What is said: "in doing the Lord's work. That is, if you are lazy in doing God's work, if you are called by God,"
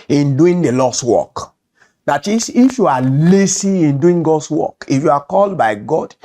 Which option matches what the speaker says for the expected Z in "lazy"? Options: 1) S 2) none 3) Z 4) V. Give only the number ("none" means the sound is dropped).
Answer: 1